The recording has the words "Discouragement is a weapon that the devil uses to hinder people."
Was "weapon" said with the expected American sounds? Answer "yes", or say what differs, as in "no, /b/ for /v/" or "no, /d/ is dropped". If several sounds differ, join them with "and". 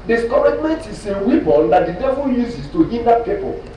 no, /b/ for /p/